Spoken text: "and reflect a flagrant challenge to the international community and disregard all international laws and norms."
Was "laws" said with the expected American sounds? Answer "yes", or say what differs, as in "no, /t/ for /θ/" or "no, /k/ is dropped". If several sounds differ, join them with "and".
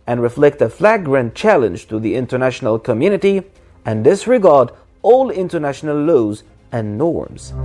yes